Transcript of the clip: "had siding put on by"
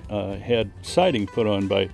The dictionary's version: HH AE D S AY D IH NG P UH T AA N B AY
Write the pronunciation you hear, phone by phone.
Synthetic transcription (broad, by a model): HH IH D S AY D IH NG F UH T N B AY